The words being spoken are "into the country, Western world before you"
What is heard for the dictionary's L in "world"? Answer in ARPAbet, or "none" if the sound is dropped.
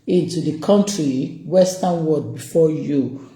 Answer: none